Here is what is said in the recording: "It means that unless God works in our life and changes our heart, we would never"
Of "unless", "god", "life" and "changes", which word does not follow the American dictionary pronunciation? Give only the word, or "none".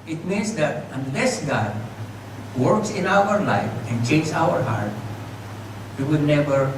changes